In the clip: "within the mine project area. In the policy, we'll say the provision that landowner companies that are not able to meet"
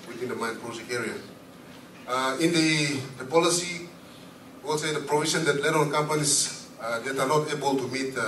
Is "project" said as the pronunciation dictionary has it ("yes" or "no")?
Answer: no